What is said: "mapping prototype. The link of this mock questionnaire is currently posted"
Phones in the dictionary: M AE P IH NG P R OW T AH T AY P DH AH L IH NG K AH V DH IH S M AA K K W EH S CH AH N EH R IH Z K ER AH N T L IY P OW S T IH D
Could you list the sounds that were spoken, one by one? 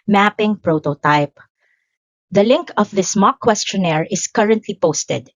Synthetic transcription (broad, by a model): M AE P IH NG P R OW T AH T AY P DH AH L IH NG K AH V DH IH S M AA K K W EH S CH AH N EH R IH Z K ER AH N T L IY P OW S T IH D